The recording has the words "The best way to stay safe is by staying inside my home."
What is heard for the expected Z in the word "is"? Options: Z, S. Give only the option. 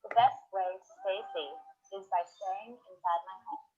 Z